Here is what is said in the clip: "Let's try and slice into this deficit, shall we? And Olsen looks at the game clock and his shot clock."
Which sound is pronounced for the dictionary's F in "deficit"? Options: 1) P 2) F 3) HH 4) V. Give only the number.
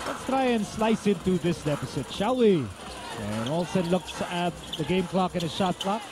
1